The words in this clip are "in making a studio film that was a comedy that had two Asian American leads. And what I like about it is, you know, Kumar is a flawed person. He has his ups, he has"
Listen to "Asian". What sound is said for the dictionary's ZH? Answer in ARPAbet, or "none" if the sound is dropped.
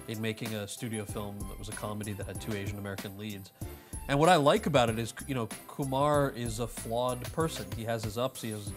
ZH